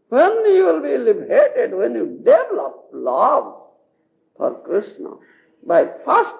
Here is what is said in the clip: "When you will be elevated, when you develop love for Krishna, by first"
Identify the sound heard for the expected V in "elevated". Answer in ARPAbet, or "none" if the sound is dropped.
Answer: B